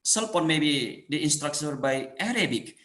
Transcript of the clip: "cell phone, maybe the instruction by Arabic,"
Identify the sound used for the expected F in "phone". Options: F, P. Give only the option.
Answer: P